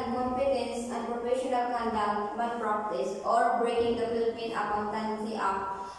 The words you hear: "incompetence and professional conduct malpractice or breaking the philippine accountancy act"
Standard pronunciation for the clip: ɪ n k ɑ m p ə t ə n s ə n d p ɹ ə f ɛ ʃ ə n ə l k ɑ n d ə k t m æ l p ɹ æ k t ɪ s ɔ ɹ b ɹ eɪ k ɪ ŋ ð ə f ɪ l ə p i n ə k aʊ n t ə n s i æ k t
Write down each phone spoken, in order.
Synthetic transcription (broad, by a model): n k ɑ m p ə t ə n s ə n d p ɹ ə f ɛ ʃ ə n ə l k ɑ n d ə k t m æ p ɹ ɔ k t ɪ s ɔ ɹ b ɹ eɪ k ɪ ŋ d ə f ɪ l ə p i n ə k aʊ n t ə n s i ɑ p